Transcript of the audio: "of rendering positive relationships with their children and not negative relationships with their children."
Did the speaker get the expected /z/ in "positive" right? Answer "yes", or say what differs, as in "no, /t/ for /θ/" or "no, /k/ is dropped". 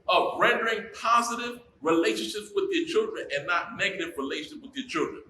yes